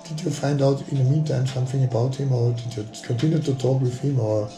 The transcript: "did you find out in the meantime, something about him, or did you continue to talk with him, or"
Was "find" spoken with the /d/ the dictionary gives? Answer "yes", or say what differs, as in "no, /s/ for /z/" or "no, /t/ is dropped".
yes